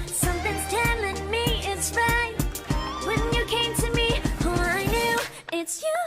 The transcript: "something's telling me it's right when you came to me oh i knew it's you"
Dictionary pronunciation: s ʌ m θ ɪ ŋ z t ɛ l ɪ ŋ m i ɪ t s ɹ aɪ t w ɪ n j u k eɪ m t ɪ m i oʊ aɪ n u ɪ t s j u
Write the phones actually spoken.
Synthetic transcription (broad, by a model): s ʌ m θ ɪ ŋ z t ɛ l ɪ ŋ m i ɪ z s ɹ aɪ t w ɪ n j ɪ k eɪ m t ɪ m i oʊ aɪ n u ɪ t s j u